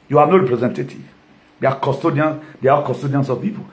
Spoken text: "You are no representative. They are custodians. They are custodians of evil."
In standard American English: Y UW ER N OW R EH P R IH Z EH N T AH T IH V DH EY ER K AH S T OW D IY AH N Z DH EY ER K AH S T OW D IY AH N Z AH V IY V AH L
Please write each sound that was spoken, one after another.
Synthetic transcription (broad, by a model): Y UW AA N OW R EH P R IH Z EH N T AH T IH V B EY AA K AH S T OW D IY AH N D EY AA K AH S T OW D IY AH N S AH P IY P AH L